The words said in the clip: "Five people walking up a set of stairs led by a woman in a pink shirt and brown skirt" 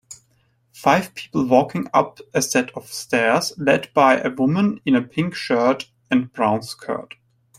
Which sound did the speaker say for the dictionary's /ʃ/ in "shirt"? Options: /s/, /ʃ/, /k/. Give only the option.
/ʃ/